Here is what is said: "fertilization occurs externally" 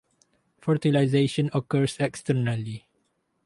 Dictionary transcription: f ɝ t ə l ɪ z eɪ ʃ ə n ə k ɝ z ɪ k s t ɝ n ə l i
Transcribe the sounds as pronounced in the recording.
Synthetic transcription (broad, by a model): f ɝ t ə l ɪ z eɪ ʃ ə n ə k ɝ s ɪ k s t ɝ n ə l i